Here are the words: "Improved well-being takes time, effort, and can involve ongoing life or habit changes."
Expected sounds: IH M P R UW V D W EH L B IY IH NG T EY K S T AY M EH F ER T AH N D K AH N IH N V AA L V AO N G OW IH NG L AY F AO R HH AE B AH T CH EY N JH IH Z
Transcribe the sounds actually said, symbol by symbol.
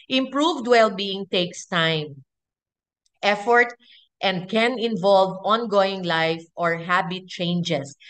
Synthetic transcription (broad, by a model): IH M P R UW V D W EH L B IY IH NG T EY K S T AY M EH F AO T AH N D K AH N IH N V AA L V AO N G OW IH NG L AY F AO R HH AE B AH T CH EY N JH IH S